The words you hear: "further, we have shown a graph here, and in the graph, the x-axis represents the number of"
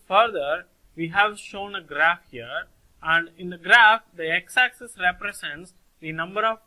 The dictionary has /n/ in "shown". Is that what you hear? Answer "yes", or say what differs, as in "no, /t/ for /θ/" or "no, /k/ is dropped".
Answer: yes